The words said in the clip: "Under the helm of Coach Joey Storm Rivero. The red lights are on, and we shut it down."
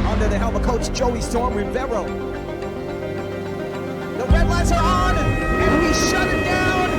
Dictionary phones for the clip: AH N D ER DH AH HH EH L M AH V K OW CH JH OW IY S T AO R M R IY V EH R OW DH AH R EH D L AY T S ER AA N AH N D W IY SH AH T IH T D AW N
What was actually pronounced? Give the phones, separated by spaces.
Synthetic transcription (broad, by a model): AH N D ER DH AH HH EH L M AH K OW CH JH OW IY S T AO R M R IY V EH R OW DH AH R EH D L AY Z ER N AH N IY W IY SH AH T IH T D AW N